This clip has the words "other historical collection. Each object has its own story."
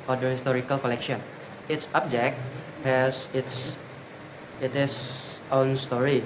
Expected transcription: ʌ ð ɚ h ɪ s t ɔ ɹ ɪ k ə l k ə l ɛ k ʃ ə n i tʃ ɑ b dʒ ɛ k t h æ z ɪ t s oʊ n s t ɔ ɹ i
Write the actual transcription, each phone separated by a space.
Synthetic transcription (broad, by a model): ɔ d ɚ h ɪ s t ɔ ɹ ɪ k ə l k ə l ɛ k ʃ ə n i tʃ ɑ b dʒ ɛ k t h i s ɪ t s oʊ n s t ɔ ɹ i